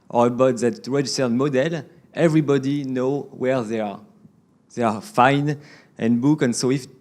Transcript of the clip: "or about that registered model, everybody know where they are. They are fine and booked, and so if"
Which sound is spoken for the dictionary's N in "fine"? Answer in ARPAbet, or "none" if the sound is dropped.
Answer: N